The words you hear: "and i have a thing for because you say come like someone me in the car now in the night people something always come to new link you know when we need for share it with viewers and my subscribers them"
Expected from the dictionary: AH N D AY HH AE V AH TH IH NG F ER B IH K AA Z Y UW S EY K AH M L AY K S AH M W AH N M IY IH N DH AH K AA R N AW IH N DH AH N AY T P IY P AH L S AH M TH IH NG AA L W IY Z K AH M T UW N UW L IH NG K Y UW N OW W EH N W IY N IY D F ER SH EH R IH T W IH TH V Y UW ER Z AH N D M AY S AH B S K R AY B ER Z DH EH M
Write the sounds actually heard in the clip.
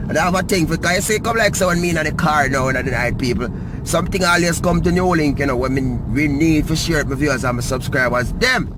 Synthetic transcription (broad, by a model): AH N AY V AH T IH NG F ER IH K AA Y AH S EY K AH M L AY K S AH W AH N M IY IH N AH K AA R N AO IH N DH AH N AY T P IY P L S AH M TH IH NG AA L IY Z K AH M T UW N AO L IH NG K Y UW N OW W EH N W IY N IY D F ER SH EH R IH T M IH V Y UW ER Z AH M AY S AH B S K R AY B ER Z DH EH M